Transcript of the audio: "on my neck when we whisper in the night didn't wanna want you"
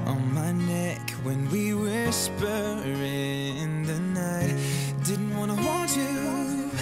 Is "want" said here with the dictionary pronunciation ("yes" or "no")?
no